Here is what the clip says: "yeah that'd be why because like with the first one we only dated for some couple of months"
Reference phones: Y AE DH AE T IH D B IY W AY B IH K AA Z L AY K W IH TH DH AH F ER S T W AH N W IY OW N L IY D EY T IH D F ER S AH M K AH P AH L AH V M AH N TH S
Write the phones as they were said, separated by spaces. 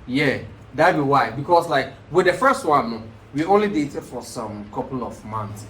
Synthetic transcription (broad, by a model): Y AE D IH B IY W AY B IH K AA S L AY K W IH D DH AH F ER S T W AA N W IY OW N L IY D EY T IH D F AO S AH M K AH P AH L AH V M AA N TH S